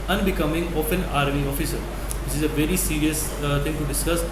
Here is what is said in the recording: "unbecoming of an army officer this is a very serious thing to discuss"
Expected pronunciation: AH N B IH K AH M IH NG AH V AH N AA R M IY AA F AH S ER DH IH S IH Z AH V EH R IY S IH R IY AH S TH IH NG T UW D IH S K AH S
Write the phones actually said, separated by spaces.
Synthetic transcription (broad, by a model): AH N B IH K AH M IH NG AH P AH N AA R M IY AA F AH S ER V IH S IH Z AH V EH R IY S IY R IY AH S T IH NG T UW D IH S K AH S